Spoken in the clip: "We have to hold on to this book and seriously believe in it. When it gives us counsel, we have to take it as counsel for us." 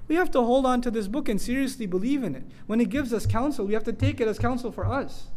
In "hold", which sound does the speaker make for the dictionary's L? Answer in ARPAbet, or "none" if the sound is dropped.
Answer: L